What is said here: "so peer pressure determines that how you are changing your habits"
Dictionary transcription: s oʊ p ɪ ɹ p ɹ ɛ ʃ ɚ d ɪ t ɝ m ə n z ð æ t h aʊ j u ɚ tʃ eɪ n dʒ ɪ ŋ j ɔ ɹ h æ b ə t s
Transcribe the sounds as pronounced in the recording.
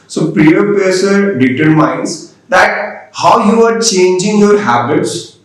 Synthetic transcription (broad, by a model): s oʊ p ɹ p ɛ s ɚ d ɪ t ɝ m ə n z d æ t h aʊ j u ɚ tʃ eɪ n dʒ ɪ ŋ j ɔ ɹ h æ b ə t s